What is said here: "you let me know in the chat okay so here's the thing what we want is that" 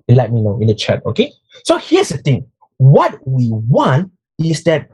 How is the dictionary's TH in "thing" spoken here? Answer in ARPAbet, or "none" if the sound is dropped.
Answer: T